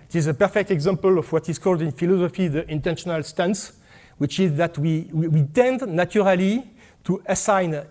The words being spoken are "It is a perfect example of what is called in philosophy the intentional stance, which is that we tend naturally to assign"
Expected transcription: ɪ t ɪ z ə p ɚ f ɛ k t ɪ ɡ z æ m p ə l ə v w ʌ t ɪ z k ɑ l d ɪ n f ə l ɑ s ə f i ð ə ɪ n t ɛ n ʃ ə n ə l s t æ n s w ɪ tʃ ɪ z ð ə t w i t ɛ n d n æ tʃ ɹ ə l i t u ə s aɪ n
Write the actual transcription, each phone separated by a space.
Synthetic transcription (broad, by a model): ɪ t ɪ z ə p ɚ f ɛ k t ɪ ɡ z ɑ m p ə l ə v w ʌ t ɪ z k ɑ l d ɪ n f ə l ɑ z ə f i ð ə ɪ n t ɛ n ʃ ə n ə l s t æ n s w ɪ tʃ ɪ z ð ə t w i t ɛ n d n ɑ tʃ ɹ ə l i t u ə s aɪ n